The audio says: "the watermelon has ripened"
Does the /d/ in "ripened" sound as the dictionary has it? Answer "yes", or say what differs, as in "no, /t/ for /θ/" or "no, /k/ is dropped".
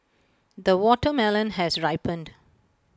yes